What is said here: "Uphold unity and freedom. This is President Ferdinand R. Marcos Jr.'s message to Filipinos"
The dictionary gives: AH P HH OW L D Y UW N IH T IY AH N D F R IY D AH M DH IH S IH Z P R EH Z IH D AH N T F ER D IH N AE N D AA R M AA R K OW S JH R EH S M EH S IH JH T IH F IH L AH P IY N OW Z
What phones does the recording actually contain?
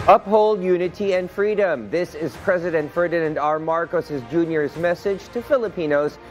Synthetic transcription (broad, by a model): AH P HH OW L D Y UW N IH T IY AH N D F R IY D AH M DH IH S IH Z P R EH Z IH D AH N T F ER D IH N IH N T AA R M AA R K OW S JH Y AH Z M EH S IH JH T IH F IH L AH P IY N OW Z